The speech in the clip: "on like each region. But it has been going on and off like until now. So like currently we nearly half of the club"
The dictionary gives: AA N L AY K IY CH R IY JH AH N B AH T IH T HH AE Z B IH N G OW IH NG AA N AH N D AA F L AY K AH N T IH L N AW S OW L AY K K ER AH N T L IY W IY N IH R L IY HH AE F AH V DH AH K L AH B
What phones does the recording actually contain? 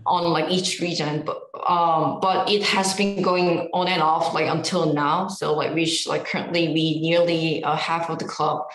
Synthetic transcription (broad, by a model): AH N L AY K IY CH R IY JH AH N B AH T IH T HH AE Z B IH N G OW IH NG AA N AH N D AA F L AY K AH N T IH L N AW S OW L AY K K ER AH N T L IY W IY N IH R L IY HH AE F AH V DH AH K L AH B